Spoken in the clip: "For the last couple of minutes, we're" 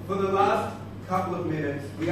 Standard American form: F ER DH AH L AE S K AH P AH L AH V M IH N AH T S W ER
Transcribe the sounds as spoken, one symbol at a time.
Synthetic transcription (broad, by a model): F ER DH AH L AE S K AH P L AH V M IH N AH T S W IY